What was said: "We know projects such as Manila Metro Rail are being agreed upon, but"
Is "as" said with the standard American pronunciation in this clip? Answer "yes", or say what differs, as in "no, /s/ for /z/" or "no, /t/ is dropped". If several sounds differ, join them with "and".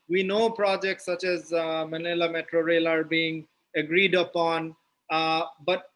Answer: yes